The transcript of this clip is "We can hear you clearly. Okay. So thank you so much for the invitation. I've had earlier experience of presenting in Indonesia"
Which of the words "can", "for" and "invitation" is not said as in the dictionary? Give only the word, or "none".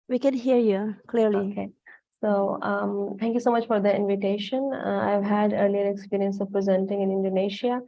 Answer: none